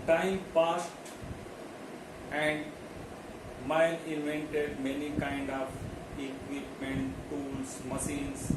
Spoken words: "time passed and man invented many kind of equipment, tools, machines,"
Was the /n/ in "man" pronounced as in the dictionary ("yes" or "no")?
no